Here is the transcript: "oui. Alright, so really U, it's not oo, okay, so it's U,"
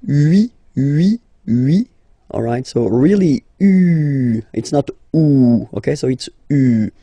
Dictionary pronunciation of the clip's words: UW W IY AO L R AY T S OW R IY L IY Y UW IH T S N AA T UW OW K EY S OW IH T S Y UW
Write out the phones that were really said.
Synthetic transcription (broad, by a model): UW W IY AO L R AY T S OW R IY L IY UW IH T S N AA T UW OW K EY S OW IH T S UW